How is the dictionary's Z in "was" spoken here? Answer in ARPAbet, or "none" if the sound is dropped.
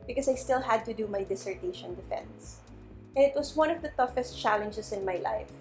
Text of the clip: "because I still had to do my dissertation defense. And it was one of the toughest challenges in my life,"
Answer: S